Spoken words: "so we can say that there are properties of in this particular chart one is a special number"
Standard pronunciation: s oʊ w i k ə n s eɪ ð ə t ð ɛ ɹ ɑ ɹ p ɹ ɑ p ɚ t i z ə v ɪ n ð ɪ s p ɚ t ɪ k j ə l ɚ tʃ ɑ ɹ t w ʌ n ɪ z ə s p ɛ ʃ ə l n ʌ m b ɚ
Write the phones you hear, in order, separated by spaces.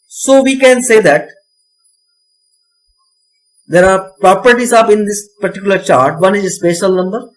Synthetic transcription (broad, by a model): s oʊ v i k ə n s eɪ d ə t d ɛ ɹ ɑ ɹ p ɹ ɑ p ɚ t i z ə p ɪ n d ɪ s p ɚ t ɪ k j ə l ɚ tʃ ɑ ɹ t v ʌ n ɪ z ə s p ɛ ʃ ə l n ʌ m b ɚ